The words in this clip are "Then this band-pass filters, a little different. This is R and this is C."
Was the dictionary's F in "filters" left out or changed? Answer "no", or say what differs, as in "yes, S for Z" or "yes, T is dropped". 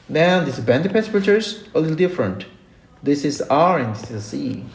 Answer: yes, P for F